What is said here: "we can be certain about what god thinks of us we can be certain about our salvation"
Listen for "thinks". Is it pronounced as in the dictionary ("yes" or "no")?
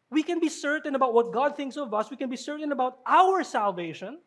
yes